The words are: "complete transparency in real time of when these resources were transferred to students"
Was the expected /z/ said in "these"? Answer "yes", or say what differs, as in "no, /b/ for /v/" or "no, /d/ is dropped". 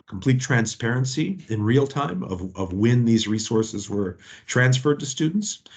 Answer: yes